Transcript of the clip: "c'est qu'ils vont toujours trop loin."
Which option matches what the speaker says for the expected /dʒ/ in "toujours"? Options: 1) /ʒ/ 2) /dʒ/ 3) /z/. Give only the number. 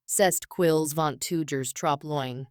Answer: 2